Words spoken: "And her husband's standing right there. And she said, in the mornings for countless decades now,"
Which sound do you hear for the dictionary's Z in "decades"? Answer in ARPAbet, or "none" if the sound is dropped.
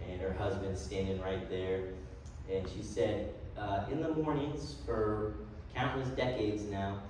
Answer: Z